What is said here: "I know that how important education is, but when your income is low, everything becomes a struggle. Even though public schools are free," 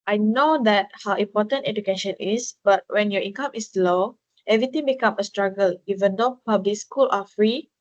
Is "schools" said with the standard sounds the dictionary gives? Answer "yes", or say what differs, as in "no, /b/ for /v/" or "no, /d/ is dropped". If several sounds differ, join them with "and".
no, /z/ is dropped